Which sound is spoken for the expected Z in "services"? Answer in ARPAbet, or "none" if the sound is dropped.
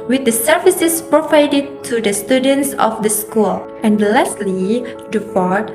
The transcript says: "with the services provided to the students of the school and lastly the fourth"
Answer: S